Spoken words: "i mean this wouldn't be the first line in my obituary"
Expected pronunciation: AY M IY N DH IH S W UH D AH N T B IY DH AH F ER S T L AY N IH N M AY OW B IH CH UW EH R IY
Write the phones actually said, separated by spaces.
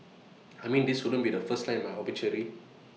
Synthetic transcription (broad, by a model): AY M IY N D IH S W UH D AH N B IY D AH F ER S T L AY IH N M AY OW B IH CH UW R IY